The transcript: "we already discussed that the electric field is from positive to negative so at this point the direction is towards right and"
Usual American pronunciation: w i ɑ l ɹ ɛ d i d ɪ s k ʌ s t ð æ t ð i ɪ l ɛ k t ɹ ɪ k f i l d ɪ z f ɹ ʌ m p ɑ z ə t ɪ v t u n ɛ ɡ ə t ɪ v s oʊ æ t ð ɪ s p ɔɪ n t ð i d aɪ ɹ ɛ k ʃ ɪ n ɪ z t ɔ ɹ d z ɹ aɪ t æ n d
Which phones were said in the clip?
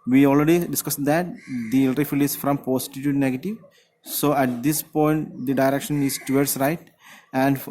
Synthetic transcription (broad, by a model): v i ɑ l ɹ ɛ d i d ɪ s k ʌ s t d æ t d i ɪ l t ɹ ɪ f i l ɪ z f ɹ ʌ m p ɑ s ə t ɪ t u n ɛ ɡ ə t ɪ v s oʊ æ t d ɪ s p ɔɪ n t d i d aɪ ɹ ɛ k ʃ ɪ n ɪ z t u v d s ɹ aɪ t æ n d